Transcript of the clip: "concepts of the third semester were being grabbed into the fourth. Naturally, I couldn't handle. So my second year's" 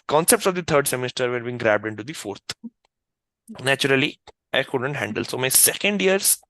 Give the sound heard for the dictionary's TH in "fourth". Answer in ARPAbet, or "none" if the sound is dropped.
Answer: T